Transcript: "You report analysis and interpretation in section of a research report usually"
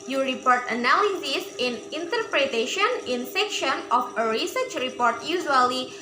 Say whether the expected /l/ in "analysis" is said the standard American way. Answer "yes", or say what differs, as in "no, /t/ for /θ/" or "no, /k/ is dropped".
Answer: no, /w/ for /l/